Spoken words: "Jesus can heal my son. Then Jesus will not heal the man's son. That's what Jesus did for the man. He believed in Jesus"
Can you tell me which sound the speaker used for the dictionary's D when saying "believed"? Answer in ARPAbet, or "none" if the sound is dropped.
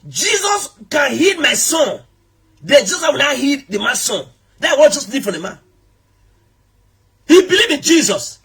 none